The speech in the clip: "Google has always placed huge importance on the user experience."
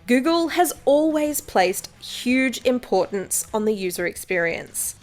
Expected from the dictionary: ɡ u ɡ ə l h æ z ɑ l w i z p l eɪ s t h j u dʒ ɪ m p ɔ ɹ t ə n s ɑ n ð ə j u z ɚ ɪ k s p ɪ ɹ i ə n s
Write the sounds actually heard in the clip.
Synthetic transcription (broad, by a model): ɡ u ɡ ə l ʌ z ɑ l w i z p l eɪ s t h j u dʒ ɪ m p ɔ ɹ t n s n ð ə j u z ɚ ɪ k s p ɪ ɹ i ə n s